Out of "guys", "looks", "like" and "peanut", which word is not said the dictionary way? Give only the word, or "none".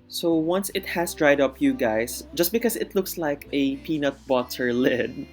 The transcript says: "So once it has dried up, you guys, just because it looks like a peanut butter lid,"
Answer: guys